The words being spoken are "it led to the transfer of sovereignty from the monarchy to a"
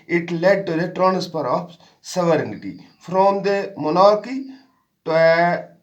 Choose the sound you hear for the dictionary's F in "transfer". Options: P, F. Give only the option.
P